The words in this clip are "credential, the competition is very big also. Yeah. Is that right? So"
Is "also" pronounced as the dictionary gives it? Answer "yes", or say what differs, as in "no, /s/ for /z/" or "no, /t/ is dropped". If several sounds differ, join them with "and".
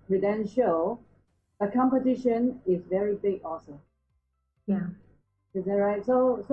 no, /l/ is dropped